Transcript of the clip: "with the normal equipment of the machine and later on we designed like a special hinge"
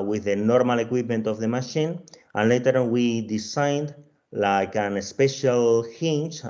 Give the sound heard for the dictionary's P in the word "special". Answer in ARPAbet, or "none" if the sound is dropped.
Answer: P